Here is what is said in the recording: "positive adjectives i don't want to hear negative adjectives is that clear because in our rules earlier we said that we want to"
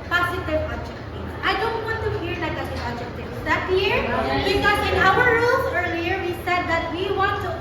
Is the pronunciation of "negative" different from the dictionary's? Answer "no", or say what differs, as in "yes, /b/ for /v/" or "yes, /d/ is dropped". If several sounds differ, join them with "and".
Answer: yes, /v/ is dropped